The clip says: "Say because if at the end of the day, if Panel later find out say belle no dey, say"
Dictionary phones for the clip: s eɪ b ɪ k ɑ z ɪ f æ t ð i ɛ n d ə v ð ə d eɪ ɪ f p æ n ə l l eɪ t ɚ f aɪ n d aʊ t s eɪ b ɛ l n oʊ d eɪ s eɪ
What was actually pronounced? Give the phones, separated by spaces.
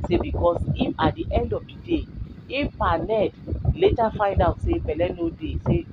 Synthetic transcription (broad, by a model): s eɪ b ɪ k ɑ s ɪ f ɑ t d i ɛ n d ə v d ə d eɪ ɪ f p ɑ n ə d l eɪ t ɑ f aɪ n d aʊ t s eɪ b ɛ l n oʊ d eɪ s eɪ